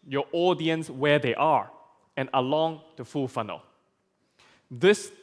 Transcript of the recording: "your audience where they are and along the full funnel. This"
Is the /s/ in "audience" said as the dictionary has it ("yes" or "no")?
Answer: yes